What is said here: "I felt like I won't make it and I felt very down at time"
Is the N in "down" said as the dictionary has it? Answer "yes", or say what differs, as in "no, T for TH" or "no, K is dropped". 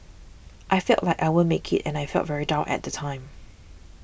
no, N is dropped